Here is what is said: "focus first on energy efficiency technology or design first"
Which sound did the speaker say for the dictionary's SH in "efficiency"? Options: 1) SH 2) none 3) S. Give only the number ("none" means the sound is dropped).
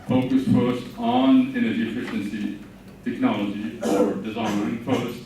1